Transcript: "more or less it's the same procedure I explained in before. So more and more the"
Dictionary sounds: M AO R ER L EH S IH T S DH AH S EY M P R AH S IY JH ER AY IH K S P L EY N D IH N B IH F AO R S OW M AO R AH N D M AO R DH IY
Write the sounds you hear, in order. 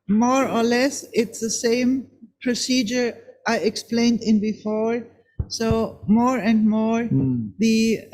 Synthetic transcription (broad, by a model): M AO R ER L EH S IH T S DH AH S EY M P R AH S IY JH ER AY IH K S P L EY N D IH N B IH F AO R S OW M AO R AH N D M AO R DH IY